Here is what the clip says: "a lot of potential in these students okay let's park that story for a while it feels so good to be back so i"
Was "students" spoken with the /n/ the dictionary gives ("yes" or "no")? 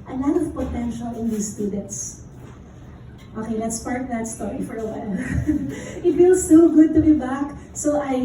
no